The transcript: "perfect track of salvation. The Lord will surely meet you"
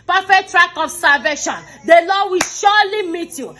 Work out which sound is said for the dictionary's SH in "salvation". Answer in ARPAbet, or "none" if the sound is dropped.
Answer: SH